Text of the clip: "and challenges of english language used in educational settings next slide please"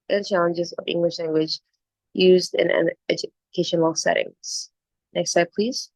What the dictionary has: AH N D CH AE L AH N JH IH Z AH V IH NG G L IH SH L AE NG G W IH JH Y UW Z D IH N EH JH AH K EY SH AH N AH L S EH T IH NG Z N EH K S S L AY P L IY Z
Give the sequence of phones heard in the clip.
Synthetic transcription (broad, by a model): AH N CH AE L AH N JH IH Z AH V IH NG G L IH SH L AE NG G W IH JH Y UW Z D IH N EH JH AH K EY SH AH N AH L S EH T IH NG Z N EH K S S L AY P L IY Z